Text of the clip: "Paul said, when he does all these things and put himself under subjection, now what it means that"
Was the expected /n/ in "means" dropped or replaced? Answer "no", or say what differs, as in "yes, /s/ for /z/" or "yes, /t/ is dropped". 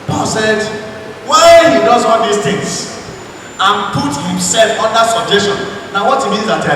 no